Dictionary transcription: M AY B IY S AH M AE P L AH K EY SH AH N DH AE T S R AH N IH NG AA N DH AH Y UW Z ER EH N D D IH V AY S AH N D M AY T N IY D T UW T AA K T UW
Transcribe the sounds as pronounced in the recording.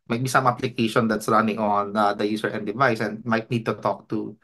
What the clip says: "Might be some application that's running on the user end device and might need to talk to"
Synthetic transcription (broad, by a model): M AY B IY S AH M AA P L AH K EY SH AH N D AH T S R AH N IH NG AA N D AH Y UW S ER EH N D D IH V AY S AH N D M AY T N IY D T UW T AA K T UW